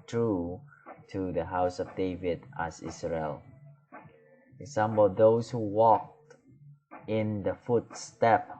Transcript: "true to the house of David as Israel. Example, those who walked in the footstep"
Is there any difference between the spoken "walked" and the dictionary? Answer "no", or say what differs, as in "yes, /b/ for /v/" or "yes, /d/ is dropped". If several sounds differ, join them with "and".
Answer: no